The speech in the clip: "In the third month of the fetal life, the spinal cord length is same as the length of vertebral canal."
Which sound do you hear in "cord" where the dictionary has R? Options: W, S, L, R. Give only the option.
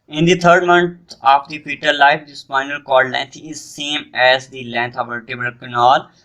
L